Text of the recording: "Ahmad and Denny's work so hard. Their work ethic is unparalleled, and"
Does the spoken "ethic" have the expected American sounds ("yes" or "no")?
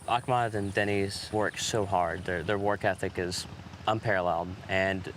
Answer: yes